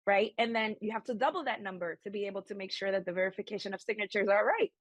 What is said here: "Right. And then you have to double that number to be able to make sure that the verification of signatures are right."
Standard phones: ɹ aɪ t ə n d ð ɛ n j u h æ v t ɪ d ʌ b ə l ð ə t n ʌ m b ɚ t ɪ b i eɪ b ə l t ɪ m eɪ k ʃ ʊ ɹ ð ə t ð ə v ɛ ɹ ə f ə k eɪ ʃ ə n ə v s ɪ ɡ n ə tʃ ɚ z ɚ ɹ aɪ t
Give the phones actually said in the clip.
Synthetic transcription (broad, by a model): ɹ aɪ t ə n ð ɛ n j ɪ h æ f t ɪ d ʌ b l ð ə t n ʌ m b ɚ t ɪ b i eɪ b l t ɪ m eɪ k ʃ ʊ ɹ ð ə t ð ə v ɛ ɹ ə f ə k eɪ ʃ ə n ə v s ɪ ɡ n ə tʃ ɚ z ɚ ɹ aɪ t